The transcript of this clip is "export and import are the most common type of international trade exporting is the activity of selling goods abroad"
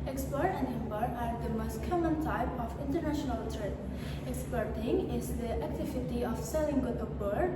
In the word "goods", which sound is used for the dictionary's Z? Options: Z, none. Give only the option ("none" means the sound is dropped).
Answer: none